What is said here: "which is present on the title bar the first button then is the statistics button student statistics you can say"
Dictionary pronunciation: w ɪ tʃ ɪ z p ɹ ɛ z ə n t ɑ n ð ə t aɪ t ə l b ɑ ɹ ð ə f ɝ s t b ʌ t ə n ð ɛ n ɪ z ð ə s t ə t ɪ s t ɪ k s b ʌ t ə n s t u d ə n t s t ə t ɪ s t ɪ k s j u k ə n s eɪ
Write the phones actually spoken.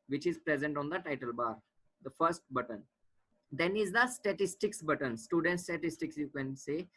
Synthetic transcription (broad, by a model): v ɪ tʃ ɪ z p ɹ ɛ z ə n t ɑ n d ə t aɪ t ə l b ɑ ɹ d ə f ɝ s t b ʌ t ə n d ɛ n ɪ z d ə s t ə t ɪ s t ɪ k s b ʌ t ə n s t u d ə n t s t ə t ɪ s t ɪ k s j u k ə n s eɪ